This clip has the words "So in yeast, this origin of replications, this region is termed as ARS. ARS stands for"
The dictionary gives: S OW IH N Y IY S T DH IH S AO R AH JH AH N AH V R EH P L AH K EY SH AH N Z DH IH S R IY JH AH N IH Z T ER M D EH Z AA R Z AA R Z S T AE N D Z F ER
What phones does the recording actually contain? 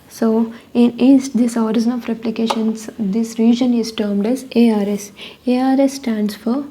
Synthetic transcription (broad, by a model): S OW IH N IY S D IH S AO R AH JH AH N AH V R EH P L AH K EY SH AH N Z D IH S R IY JH AH N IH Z T ER M D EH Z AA R S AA R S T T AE N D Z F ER